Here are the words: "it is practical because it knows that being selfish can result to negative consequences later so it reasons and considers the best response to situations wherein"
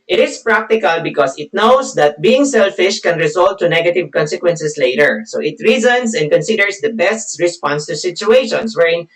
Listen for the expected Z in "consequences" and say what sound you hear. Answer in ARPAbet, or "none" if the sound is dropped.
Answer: S